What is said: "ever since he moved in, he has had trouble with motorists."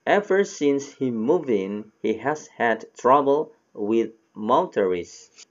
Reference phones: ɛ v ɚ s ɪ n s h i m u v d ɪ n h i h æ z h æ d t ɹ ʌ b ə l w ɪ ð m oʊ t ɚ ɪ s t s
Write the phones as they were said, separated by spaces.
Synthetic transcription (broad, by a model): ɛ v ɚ s ɪ n s h i m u v ɪ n h i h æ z h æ d t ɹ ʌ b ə l w ɪ ð m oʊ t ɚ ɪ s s